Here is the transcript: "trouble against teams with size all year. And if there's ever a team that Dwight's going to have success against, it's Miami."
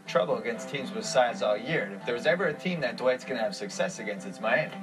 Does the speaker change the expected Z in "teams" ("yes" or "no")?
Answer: no